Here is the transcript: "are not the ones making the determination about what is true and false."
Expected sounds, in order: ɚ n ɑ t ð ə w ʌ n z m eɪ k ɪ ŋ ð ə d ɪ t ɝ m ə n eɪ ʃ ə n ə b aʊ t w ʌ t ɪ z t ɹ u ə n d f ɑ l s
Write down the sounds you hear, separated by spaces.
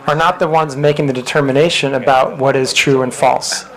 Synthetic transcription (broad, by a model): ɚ n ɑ t ð ə w ʌ n z m eɪ k ɪ ŋ ð ə d ɪ t ɝ m ə n eɪ ʃ ə n ə b aʊ t w ʌ t ɪ z t ɹ u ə n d f ɑ l s